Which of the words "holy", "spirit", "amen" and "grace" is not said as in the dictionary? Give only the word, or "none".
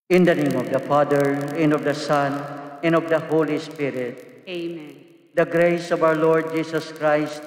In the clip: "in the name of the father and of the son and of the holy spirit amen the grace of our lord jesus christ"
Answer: none